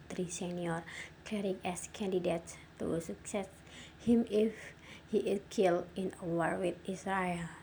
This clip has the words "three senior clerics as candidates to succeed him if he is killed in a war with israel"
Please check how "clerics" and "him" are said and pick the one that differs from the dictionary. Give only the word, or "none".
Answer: clerics